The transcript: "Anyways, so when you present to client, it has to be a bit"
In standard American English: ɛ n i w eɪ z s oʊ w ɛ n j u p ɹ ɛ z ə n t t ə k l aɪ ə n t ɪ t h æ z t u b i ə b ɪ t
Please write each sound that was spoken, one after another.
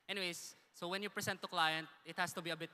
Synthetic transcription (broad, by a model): ɛ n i w eɪ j s oʊ w ɛ n j u p ɹ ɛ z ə n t t ə k l aɪ ə n t ɪ t h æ s t u b i ə b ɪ t